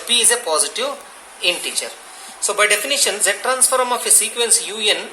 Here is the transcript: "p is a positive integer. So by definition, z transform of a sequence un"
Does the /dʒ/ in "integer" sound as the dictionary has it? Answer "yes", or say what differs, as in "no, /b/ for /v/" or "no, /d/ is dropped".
no, /tʃ/ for /dʒ/